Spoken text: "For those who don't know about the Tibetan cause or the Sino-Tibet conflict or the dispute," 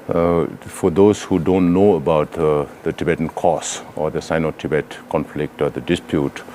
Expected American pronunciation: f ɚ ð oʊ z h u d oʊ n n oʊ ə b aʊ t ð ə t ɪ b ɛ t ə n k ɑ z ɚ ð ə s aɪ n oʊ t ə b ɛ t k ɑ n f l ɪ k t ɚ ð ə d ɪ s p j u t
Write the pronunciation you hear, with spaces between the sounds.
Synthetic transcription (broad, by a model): f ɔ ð oʊ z h u d oʊ n n oʊ ə b aʊ t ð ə t ɪ b ɛ t ə n k ɑ s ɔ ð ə s aɪ n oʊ t ə b ɛ t k ɑ n f l ɪ k t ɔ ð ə d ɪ s p j u t